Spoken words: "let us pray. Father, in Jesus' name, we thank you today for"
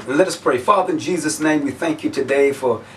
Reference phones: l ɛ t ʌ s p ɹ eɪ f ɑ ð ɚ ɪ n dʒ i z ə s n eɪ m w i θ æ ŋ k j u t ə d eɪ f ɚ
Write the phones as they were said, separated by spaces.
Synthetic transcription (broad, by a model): l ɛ t ʌ s p ɹ eɪ f ɑ ð ɚ ɪ n dʒ i z ə s n eɪ m w i θ æ ŋ k j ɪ t ə d eɪ f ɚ